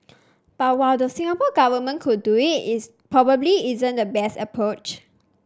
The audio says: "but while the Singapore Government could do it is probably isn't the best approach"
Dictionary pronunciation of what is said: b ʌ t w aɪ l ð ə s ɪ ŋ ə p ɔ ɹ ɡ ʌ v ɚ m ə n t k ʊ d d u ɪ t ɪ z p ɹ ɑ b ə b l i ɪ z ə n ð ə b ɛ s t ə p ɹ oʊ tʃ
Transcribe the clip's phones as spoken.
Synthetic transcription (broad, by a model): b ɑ t w aɪ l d ə s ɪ ŋ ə p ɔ ɡ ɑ v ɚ m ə n k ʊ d d u ɪ t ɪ s p ɹ ɑ b ə b l i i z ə n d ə b ɛ s t ə p ɹ oʊ tʃ